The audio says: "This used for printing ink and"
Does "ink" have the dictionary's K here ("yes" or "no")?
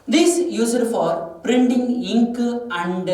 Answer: yes